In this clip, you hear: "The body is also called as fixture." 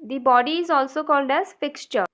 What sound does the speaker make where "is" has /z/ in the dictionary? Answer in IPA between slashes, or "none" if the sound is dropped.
/z/